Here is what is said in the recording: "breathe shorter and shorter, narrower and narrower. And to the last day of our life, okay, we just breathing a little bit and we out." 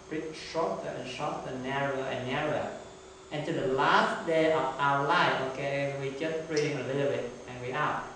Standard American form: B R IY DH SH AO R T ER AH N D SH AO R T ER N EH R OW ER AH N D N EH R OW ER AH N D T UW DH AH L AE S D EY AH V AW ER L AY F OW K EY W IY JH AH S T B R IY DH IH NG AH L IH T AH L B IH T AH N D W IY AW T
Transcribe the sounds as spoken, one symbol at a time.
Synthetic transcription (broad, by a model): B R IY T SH AO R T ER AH N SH AO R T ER N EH R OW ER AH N N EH R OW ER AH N T UW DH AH L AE S D EY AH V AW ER L AY F OW K EY W IY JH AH S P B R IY IH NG AH L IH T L B IH T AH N W IY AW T